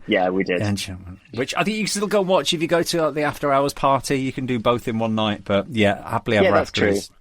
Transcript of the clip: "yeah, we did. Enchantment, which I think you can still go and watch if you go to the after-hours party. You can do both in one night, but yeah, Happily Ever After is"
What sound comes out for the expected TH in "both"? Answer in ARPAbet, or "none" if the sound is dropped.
TH